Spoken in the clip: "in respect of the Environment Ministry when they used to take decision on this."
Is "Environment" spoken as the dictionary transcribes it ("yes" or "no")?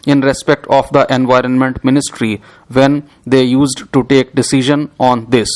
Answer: yes